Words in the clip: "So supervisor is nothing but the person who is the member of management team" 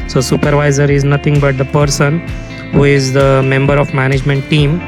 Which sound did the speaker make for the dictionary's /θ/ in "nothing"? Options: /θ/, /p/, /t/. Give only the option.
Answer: /t/